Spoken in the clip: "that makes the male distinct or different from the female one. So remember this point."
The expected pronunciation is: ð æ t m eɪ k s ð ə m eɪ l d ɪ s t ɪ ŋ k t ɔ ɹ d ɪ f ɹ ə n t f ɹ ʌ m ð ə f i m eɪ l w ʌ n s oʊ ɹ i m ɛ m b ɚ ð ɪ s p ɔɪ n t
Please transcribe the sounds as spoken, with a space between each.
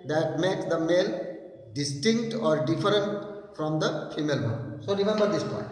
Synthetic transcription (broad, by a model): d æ t m eɪ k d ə m eɪ l d ɪ s t ɪ ŋ k t ɔ ɹ d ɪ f ɹ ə n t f ɹ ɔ m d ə f i m eɪ l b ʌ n s oʊ ɹ i m ɛ m b ɚ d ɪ s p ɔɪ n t